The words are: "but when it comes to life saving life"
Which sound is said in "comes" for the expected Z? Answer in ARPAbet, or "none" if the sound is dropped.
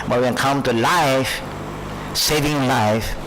none